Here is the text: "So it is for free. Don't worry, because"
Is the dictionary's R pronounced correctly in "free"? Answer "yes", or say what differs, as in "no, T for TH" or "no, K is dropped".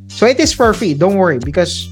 no, R is dropped